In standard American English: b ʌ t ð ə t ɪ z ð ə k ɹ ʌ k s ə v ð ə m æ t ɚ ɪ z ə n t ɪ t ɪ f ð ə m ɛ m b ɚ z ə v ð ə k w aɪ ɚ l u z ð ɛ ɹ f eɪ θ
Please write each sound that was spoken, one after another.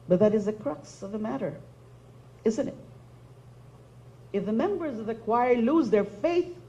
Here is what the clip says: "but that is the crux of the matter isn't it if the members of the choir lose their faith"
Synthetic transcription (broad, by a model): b ʌ t ð ə t ɪ z ð ə k ɹ ʌ k s ə v ð ə m æ t ɚ ɪ z ə n t ɪ t ɪ f ð ə m ɛ m b ɚ z ə v ð ə k w aɪ ɚ l u z ð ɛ ɹ f eɪ θ